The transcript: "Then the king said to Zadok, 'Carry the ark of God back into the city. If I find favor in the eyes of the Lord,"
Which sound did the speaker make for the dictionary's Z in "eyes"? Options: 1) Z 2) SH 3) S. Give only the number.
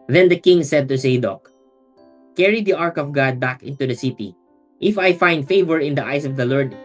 3